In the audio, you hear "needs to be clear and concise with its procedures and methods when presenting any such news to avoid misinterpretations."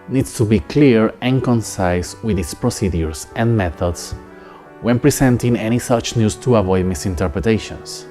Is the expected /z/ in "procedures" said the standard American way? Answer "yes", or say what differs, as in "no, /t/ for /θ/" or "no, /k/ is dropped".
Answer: no, /s/ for /z/